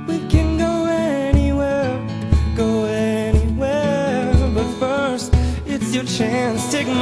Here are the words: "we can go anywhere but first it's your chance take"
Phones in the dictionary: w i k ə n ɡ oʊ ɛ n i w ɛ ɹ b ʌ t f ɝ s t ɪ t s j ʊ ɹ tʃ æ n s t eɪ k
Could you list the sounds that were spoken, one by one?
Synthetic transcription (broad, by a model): w i k ə n ɡ oʊ ɛ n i w ɛ w b ʌ t f ɝ s t ɪ t s j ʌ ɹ tʃ æ n s t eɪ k